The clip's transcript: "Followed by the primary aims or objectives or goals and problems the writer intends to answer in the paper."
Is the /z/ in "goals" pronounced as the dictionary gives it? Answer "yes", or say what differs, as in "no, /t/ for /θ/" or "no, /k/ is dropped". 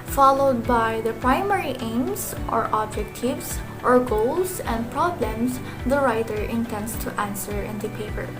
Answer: no, /s/ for /z/